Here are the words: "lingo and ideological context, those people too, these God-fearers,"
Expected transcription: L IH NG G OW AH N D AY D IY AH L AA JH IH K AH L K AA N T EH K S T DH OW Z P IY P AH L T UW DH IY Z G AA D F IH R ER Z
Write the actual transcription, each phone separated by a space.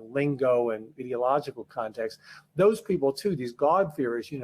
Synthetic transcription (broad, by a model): L IH NG G OW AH N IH D IY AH L AA JH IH K L K AA N T EH K S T DH OW Z P IY P L T UW DH IY Z G AA D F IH R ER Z